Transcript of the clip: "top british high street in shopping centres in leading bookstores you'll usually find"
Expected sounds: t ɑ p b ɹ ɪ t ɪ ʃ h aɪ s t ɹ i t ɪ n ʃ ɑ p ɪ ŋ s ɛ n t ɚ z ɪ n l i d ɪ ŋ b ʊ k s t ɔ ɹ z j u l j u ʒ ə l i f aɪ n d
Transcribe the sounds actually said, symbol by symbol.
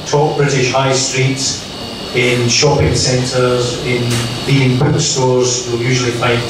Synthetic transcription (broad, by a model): t ɑ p b ɹ ɪ t ɪ ʃ h aɪ s t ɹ i t ɪ n ʃ ɑ p ɪ ŋ s ɛ n t ɚ z ɪ n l i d ɪ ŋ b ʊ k s t ɔ ɹ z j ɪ l j u ʒ ə l i f aɪ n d